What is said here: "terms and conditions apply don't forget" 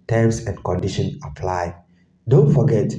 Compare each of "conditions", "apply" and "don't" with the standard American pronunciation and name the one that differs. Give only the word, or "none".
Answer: conditions